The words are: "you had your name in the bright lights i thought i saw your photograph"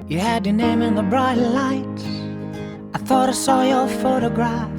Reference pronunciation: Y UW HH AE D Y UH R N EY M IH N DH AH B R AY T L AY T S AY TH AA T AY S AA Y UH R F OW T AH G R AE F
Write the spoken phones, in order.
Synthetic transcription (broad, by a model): Y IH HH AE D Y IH N EY M IH N DH AH B R AY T L AY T AY TH AA T AY S AA Y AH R F OW T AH G R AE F